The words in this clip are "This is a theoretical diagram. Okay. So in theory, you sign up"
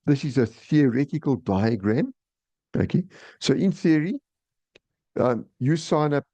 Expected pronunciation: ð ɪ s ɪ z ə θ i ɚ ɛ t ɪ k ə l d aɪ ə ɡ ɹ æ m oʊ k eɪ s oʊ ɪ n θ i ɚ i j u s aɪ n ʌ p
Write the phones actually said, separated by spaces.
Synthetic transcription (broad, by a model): ð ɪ s ɪ z ə θ i ɚ ɛ t ɪ k ə l d aɪ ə ɡ ɹ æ m oʊ k eɪ s oʊ ɪ n θ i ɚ i j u s aɪ n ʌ p